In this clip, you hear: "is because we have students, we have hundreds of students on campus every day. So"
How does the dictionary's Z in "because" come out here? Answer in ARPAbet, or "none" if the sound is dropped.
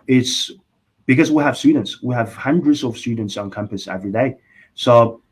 Z